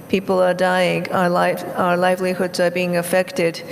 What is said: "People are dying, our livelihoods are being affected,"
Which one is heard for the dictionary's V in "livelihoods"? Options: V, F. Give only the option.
V